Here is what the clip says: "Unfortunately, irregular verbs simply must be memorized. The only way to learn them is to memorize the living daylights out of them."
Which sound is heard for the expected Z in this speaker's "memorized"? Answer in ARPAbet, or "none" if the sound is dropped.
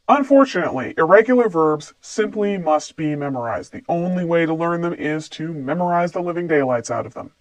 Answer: Z